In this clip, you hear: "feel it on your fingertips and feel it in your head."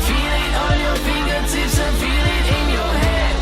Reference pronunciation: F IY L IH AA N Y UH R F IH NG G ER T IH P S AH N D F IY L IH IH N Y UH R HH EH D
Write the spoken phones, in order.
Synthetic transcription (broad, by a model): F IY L IH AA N Y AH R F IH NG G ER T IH S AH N F IY L IH IH N Y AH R HH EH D